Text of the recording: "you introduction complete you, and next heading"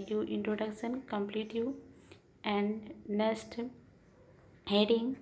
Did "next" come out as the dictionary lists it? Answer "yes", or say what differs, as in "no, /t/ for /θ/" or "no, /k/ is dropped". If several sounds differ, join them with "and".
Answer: no, /k/ is dropped